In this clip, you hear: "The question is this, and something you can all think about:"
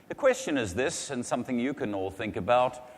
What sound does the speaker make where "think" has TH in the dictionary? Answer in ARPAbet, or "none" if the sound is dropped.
TH